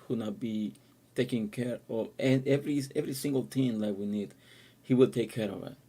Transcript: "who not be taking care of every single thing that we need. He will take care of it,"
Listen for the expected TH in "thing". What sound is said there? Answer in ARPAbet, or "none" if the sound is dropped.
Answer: T